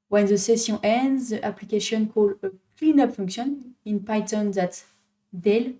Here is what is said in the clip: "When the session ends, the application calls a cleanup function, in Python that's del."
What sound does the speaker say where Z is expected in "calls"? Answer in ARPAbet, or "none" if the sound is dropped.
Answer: none